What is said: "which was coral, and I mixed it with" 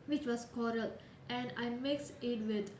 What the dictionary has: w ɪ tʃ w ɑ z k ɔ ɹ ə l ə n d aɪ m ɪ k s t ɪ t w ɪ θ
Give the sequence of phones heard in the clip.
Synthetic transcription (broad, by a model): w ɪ tʃ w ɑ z k ɔ ɹ ə l ə n d aɪ m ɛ k s ɪ t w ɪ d